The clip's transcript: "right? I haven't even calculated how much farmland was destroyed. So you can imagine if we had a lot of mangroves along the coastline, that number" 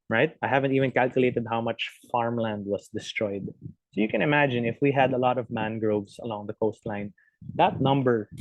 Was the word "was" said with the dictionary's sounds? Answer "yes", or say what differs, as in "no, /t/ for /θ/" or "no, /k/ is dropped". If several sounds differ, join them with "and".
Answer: no, /s/ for /z/